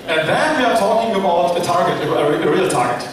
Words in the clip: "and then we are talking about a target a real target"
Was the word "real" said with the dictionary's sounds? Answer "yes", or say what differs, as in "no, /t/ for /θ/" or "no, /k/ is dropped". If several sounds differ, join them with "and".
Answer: yes